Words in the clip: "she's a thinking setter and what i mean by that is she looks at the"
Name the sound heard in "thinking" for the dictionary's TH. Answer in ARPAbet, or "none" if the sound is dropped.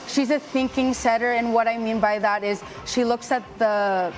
TH